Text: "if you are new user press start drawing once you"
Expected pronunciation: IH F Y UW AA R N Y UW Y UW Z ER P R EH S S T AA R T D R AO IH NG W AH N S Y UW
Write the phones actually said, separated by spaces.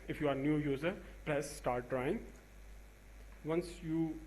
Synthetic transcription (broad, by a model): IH F Y UW AA R N Y UW Y UW Z ER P L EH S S T AA R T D R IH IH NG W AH N S Y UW